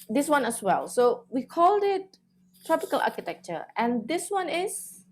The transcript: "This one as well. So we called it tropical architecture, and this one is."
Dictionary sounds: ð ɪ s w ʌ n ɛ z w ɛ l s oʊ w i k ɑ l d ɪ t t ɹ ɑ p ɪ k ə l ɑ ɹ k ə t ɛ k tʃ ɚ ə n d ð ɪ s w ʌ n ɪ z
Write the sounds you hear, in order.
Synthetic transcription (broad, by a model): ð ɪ s w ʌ n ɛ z w ɛ l s oʊ w i k ɑ l d ɪ t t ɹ ɑ p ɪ k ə l ɑ k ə t ɛ k tʃ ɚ ə n d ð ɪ s w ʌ n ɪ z